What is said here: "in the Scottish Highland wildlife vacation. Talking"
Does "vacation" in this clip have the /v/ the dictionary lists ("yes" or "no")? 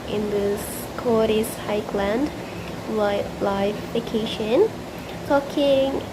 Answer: no